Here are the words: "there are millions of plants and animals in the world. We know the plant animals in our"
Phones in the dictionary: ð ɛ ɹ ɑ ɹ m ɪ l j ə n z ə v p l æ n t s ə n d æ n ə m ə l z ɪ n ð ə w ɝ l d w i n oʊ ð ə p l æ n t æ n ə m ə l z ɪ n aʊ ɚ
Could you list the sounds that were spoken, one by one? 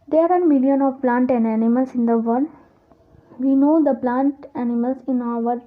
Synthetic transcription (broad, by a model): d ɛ ɹ ɑ ɹ m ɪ l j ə n ə v p l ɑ n t ə n d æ n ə m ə l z ɪ n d ə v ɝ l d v i n oʊ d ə p l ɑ n t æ n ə m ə l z ɪ n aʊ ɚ